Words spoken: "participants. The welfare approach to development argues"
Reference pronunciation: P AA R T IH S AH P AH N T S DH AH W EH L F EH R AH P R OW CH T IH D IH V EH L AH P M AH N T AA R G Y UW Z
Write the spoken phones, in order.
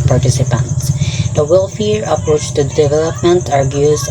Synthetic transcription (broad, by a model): P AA R T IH S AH P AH N T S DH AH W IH L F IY R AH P W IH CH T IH D IH V EH L AH P M AH N T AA R G Y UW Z